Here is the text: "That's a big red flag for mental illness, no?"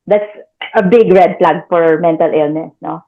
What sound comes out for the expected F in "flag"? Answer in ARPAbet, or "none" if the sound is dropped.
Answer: P